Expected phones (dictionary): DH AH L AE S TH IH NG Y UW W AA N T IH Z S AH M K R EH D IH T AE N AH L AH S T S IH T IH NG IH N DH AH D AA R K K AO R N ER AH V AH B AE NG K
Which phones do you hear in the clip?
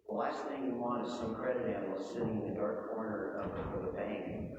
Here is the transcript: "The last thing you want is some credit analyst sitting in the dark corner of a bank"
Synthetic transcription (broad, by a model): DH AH L AE S TH IH NG Y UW W AA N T IH Z S AH M K R EH D IH T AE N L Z S IH T IH NG IH N DH AH D AA R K K AO R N ER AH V AH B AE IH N